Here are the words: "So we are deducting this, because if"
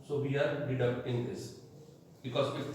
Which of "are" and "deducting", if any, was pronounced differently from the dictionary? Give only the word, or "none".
deducting